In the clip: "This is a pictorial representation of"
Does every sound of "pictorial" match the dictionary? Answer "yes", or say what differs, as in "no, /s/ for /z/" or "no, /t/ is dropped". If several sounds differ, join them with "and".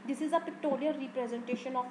no, /l/ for /ɹ/